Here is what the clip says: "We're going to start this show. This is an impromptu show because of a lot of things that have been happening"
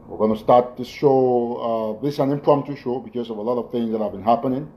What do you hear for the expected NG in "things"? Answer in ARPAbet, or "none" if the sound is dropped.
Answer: NG